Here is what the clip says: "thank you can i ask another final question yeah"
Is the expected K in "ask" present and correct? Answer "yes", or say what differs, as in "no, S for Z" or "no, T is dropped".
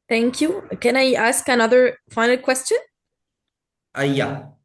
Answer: yes